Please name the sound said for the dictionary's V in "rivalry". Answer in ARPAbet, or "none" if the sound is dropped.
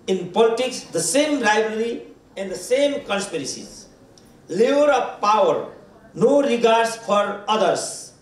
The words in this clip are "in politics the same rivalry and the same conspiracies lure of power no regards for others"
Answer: B